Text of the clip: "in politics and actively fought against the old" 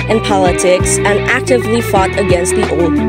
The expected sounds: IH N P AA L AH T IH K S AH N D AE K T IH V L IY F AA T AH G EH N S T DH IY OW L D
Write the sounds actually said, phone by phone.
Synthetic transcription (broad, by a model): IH N P AA L AH T IH K S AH N AE K T IH V L IY F AA T AH G EH N S T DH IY OW L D